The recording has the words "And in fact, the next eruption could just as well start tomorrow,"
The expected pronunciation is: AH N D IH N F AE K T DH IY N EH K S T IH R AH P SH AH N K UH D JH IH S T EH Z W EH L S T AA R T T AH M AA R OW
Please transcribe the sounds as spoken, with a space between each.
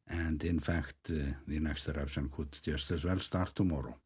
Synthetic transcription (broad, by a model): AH N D IH N F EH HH T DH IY N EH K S T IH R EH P S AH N K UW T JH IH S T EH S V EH L S T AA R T T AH M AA R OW